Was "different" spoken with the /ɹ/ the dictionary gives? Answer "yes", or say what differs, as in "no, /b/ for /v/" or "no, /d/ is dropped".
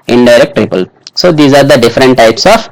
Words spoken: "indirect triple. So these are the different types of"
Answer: yes